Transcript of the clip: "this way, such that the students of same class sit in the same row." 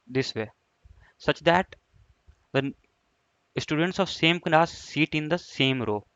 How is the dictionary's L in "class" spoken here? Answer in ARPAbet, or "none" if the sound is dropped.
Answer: N